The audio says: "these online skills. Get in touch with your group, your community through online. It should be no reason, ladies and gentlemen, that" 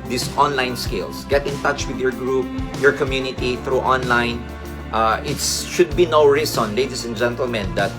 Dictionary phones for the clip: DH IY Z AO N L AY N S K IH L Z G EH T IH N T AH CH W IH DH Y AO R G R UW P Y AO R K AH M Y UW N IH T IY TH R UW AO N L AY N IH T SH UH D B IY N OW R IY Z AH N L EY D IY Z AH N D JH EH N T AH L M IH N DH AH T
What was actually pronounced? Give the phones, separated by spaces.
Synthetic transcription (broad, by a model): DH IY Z AO N L AY N S K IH L S G EH T IH N T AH CH W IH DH Y AO R G R UW P Y AO R K AH M Y UW N IH T IY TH R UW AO N L AY N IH T SH UH D B IY N OW R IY S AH N L EY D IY S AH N JH EH N T AH L M IH N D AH T